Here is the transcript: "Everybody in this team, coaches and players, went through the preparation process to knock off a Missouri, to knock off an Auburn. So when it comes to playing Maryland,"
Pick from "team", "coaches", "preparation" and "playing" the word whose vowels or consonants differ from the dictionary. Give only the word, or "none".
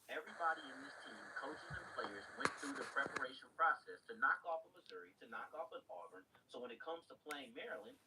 none